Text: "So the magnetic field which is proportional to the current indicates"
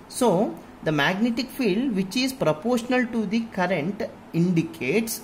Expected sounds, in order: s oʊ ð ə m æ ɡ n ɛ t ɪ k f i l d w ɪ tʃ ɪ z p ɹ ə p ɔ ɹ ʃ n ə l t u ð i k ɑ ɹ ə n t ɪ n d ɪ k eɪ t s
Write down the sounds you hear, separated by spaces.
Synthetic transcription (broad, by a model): s oʊ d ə m æ ɡ n ɛ t ɪ k f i l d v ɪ tʃ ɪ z p ɹ ə p ɔ ɹ ʃ n ə l t u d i k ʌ ɹ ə n t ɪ n d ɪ k eɪ t s